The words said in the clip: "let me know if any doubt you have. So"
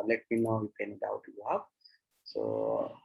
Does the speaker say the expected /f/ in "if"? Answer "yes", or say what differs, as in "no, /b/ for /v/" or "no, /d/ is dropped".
no, /p/ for /f/